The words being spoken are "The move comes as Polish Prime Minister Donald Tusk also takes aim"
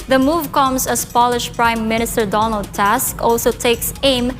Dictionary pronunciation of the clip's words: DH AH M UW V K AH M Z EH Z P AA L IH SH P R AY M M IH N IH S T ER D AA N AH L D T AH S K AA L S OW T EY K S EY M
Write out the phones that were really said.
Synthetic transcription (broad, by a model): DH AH M UW V K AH M S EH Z P AA L IH SH P R AY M M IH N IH S T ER D AA N AH L D T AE S K AA L S OW T EY K S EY M